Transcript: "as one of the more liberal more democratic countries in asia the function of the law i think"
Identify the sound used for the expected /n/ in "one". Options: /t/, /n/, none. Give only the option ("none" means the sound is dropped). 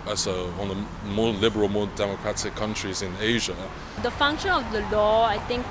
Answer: none